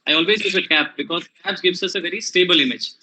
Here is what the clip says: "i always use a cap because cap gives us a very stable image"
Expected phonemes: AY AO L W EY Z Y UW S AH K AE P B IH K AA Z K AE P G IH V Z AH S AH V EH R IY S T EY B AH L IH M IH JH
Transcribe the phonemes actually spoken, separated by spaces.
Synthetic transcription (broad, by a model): AY AO L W EY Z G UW AH K AE P B IH K AA Z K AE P G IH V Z AH S AH V EH R IY S T EY B AH L IH M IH JH